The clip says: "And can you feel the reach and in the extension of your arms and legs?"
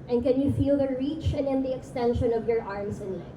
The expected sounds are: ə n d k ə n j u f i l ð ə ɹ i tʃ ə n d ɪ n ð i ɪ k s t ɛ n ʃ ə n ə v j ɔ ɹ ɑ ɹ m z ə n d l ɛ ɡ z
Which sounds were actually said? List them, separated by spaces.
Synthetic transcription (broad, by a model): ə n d k ə n j u f i l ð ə ɹ i tʃ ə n ɪ n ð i ɪ k s t ɛ n ʃ ə n ə v j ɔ ɹ ɑ ɹ m s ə n l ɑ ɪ